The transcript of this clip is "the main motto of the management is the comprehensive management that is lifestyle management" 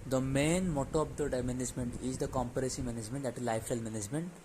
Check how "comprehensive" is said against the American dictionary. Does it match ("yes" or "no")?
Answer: no